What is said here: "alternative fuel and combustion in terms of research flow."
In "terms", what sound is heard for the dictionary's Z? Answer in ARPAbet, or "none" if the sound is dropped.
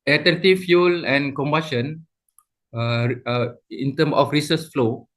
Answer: none